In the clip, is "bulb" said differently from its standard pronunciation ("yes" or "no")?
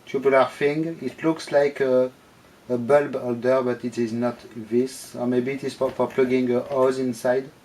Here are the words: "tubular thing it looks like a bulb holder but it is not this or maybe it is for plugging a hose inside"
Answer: no